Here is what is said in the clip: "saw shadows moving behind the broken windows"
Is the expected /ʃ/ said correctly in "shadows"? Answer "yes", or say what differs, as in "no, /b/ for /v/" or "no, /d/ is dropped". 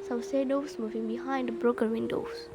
no, /s/ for /ʃ/